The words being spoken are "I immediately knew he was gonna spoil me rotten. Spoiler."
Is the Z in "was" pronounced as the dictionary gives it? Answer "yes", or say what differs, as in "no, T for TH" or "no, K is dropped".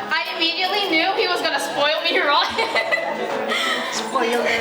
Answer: yes